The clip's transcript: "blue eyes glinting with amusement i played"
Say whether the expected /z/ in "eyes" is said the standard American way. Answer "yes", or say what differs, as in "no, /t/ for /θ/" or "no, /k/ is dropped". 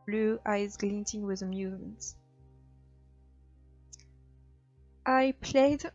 yes